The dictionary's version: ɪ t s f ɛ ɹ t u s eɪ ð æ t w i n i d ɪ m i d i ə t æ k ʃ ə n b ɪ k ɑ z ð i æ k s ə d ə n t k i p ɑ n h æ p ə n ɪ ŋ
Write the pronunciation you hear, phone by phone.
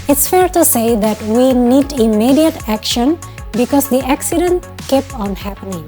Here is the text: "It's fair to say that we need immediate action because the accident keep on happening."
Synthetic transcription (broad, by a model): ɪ t s f ɛ ɹ t u s eɪ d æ t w i n i d ɪ m i d i ə t æ k ʃ ə n b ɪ k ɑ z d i æ k s ə d ə n t k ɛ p ɑ n h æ p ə n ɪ ŋ